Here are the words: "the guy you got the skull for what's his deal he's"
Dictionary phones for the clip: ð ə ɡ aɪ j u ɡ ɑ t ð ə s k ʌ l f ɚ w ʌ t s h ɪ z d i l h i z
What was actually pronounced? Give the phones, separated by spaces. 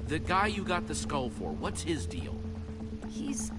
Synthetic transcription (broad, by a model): ð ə ɡ aɪ j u ɡ ɑ t ð ə s k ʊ l f ɚ w ʌ t s h ɪ z d i l h i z